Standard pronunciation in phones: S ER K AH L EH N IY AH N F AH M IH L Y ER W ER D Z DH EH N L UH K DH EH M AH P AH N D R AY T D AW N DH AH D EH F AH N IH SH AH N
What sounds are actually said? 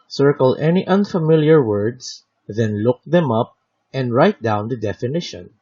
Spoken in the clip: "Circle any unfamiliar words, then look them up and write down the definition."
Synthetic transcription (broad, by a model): S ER K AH L EH N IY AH N F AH M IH L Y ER W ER D S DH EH N L UH K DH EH M AH P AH N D R AY T D AW N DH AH D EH F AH N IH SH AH N